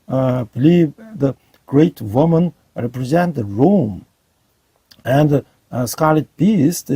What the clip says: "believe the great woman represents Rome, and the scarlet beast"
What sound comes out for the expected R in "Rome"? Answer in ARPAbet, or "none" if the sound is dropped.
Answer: R